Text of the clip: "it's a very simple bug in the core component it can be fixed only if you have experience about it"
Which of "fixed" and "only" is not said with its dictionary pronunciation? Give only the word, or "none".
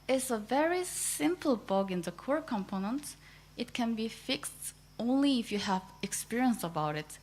none